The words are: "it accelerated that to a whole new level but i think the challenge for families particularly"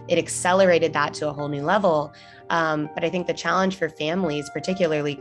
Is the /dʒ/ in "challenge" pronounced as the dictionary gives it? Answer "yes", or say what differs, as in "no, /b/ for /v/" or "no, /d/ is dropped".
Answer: no, /ʒ/ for /dʒ/